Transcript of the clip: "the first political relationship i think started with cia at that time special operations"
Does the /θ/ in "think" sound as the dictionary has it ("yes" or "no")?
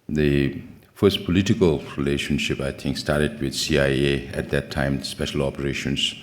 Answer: no